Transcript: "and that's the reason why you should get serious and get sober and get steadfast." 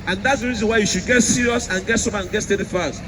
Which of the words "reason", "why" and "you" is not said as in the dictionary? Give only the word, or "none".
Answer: none